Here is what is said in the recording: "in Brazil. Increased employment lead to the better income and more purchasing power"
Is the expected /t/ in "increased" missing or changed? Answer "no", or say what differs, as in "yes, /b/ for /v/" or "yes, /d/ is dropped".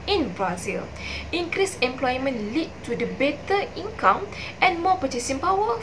yes, /t/ is dropped